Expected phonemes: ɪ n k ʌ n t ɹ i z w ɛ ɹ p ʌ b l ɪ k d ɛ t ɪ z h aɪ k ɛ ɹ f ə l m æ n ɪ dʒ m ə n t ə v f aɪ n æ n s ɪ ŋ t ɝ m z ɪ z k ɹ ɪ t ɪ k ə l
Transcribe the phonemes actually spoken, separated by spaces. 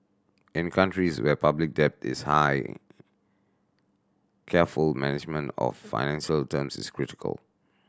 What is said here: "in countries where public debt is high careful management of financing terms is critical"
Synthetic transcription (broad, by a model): ɪ n k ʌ n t ɹ i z w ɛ p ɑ b l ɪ k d ɛ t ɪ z h aɪ k ɛ f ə l m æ n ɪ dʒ m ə n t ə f aɪ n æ n ʃ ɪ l t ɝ m s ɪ s k ɹ ɪ t ɪ k ə l